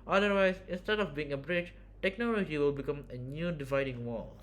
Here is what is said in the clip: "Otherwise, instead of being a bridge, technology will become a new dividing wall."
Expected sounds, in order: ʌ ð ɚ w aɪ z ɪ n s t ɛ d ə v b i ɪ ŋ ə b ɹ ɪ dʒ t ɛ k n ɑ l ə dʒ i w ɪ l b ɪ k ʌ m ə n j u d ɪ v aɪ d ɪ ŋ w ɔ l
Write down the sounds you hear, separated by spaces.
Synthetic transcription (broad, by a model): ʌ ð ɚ w aɪ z ɪ n s t ɛ d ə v b i ɪ ŋ ə b ɹ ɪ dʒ t ɛ k n ɑ l ə dʒ i w ɪ l b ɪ k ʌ m ə n j u d ɪ v aɪ d ɪ ŋ w ɔ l